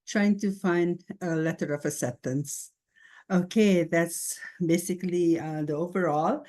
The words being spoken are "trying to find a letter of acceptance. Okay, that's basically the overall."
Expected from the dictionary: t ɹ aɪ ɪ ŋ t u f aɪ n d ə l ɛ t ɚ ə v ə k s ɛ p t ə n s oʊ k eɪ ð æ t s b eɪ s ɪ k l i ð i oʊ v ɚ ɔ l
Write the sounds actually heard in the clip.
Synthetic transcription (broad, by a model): t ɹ aɪ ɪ ŋ t u f aɪ n d ə l ɛ t ɚ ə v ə s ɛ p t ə n s oʊ k eɪ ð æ t s b eɪ s ɪ k l i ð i oʊ v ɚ ɔ l